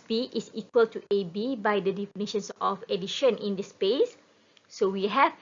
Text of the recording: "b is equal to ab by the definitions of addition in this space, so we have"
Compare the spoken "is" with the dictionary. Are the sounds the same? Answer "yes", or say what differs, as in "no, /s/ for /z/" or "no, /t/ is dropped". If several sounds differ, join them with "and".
no, /s/ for /z/